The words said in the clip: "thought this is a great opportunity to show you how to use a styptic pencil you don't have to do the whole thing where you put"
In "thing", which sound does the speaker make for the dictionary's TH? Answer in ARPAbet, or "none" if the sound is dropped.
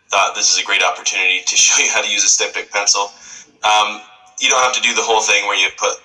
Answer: TH